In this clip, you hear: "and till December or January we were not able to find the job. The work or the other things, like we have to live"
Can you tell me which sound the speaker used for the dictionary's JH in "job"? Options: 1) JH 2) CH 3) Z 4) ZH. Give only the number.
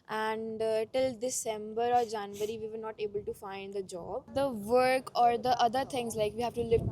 1